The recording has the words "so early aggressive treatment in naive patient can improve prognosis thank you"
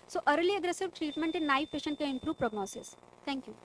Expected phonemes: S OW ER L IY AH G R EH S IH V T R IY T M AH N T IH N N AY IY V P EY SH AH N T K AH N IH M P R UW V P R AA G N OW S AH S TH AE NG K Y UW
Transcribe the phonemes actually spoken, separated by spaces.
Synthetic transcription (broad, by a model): S OW ER L IY AH G R EH S IH V T R IY T M AH N T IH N N AY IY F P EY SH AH N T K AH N IH M P R UW V P R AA G N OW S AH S T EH NG K Y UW